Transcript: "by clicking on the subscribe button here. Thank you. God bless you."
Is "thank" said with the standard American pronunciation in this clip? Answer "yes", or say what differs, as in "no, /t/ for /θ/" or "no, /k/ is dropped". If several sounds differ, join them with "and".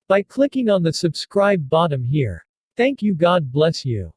yes